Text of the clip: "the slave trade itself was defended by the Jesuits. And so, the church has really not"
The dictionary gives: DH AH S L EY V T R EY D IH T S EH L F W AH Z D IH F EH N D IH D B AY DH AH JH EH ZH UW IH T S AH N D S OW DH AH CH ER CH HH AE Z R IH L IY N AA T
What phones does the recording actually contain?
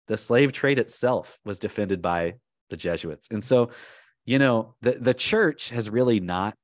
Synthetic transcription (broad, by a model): DH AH S L EY V T R EY D IH T S EH L F W AH Z D IH F EH N D IH D B AY DH AH JH EH ZH UW IH T S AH N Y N OW DH AH CH ER CH HH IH Z R IH L IY N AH T